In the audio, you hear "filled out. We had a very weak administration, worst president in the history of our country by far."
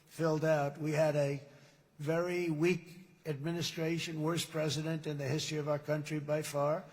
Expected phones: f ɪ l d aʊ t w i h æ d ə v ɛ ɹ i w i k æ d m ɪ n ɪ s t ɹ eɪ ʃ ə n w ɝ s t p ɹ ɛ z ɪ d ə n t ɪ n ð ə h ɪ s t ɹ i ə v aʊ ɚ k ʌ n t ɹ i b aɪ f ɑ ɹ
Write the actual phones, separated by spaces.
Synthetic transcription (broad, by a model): f ɪ l d aʊ t w i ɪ d ə v ɛ ɹ i w i k æ d m ɪ n ɪ s t ɹ eɪ ʃ ə n w ɝ s p ɹ ɛ z ɪ d ə n t ɪ n ð ə h ɪ s t ɹ i ə v aʊ ɚ k ʌ n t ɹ i b aɪ f ɑ ɹ